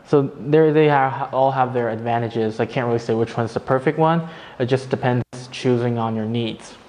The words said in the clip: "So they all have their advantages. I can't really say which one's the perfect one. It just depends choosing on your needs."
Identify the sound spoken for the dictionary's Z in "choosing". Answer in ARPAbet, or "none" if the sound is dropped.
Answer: Z